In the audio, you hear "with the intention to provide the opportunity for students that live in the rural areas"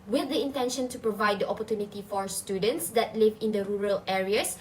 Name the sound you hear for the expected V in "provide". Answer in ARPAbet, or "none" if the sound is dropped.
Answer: V